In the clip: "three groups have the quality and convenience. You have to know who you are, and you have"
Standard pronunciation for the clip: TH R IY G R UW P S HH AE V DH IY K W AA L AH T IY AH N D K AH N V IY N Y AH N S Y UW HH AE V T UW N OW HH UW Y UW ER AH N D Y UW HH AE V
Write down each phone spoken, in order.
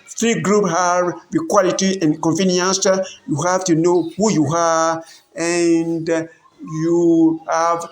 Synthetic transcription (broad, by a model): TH R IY G R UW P HH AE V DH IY K W AA L AH T IY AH N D K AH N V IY N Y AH N S Y UW HH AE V T UW N OW HH UW Y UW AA AH N D Y UW HH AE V